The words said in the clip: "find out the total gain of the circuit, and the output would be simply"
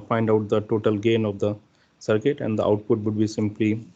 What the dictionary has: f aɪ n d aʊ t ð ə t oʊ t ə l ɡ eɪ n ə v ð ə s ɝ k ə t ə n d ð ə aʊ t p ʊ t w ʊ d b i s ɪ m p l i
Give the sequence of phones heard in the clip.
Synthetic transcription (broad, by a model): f aɪ n d aʊ t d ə t oʊ t ə l ɡ eɪ n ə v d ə s ɝ k ə t ə n d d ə aʊ t p ʊ t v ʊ d b i s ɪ m p l i